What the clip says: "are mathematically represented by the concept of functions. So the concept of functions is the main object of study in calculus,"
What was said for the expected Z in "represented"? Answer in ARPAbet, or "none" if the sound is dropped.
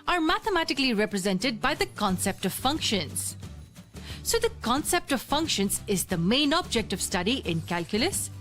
Z